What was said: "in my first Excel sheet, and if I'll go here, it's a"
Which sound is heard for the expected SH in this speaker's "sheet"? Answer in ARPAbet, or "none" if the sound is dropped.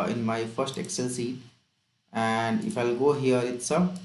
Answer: S